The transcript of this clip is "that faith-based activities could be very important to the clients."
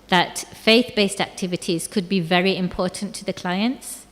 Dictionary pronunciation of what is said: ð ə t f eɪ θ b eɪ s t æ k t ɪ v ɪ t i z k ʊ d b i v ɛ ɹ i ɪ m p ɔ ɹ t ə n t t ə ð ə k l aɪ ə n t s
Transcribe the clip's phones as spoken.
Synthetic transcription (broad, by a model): ð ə t f eɪ θ b eɪ s t æ k t ɪ v ɪ t i z k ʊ d b i v ɛ ɹ i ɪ m p ɔ ɹ t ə n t t ə ð ə k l aɪ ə n t s